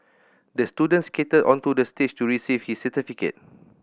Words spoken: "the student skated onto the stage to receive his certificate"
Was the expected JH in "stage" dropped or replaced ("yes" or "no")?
yes